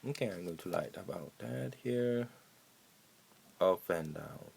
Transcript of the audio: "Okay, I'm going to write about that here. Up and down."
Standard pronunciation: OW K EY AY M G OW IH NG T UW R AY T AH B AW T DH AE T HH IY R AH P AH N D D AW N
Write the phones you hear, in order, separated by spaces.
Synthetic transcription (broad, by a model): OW K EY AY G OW T UW L AY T AH B AW T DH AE T HH IY R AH F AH N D D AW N